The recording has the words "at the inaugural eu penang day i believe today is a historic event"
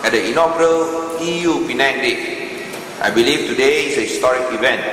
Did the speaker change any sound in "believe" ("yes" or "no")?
yes